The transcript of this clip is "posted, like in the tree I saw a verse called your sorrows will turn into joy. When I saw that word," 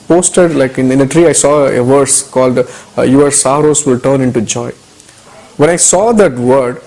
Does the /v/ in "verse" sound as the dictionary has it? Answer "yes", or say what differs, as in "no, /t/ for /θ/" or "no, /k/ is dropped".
yes